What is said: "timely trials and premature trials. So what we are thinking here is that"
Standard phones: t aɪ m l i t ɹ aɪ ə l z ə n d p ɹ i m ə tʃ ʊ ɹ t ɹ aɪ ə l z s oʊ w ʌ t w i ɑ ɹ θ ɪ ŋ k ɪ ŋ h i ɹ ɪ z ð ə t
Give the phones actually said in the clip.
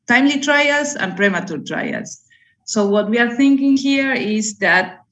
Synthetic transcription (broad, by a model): t aɪ m l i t ɹ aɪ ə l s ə n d p ɹ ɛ m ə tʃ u ɹ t ɹ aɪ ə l s oʊ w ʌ t w i ɑ ɹ θ ɪ ŋ k ɪ ŋ h i ɹ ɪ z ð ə t